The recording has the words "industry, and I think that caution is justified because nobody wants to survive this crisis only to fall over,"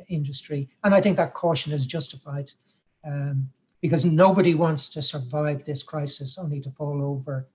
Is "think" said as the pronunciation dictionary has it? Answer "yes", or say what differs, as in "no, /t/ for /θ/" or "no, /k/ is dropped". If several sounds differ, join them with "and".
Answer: yes